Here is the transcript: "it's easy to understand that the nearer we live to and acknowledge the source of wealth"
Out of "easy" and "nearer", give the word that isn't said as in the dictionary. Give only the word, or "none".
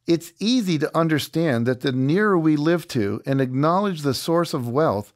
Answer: none